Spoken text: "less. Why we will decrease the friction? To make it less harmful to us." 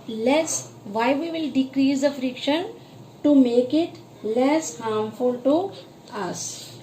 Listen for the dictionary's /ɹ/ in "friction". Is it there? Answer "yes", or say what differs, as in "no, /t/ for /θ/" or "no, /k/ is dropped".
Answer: yes